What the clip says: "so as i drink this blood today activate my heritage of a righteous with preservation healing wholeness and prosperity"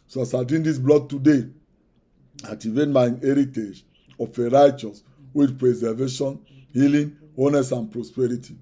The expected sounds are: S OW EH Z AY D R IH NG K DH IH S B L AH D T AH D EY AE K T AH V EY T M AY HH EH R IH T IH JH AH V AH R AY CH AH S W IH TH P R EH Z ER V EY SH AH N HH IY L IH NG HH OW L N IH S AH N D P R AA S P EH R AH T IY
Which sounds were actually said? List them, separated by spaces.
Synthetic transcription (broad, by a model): S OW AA S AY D IY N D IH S B L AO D T AH D EY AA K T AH V EY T M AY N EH R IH T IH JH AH F AH R AY CH AH S W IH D P R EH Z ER V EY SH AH N HH IY L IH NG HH OW N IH S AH N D P R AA S P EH R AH T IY